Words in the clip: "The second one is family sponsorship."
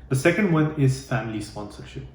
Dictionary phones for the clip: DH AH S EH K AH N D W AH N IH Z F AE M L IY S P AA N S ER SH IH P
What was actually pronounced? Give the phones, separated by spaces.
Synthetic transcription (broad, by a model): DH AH S EH K AH N D W AH N IH Z F AE M L IY S P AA N S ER SH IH P